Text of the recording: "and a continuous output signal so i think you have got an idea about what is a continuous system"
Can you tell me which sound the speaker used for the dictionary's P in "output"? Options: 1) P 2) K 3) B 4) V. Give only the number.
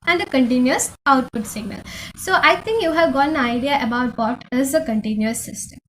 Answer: 1